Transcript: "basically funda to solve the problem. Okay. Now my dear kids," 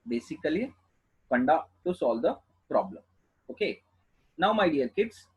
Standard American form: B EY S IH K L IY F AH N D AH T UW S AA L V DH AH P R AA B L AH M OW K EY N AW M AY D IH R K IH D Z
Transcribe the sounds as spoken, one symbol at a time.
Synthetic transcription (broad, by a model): B EY S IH K L IY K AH N D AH T UW S AA L V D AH P R AA B L AH M OW K EY N AW M AY D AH L K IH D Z